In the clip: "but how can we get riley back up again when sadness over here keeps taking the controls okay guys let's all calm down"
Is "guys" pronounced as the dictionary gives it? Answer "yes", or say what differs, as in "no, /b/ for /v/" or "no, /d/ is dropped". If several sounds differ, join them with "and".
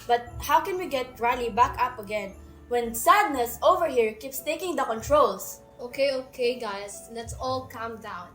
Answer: no, /s/ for /z/